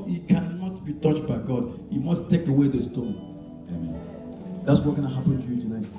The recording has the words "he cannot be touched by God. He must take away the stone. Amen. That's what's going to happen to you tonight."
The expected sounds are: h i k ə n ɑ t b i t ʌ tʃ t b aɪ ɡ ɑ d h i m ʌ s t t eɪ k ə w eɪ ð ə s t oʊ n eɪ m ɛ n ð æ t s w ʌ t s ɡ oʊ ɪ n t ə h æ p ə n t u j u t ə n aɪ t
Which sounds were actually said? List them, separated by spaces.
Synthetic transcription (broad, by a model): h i k ə n ɑ t b i t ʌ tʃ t b aɪ ɡ ɑ d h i m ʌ s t t eɪ k ə w eɪ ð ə s t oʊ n eɪ m ɛ n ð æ t s w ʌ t ɡ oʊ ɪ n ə h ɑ p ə n t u j u t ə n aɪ t